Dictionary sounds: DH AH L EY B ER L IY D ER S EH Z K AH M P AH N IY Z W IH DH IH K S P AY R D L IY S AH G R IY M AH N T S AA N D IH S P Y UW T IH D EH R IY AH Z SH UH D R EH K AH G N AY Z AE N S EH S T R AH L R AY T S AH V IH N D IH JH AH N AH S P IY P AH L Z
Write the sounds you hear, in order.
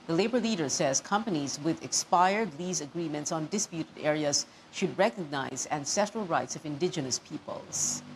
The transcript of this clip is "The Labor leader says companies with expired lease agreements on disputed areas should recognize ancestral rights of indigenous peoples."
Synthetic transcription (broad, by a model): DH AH L EY B ER L IY D ER S EH Z K AH M P AH N IY Z W IH DH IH K S P AY R D L IY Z AH G R IY M AH N T S AA N D IH S P Y UW T IH D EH R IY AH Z SH UH D R EH K AH G N AY Z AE N S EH T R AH L R AY T S AH V IH N D IH JH AH N AH S P IY P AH L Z